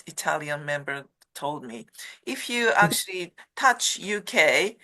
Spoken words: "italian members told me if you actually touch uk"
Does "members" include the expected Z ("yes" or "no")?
no